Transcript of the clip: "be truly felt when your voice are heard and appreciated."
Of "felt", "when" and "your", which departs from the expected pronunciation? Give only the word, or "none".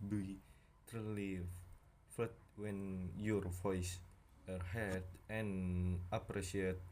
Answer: felt